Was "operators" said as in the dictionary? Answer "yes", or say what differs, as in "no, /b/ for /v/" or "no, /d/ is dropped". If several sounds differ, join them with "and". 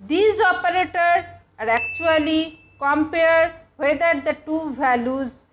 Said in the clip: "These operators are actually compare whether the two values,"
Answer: no, /z/ is dropped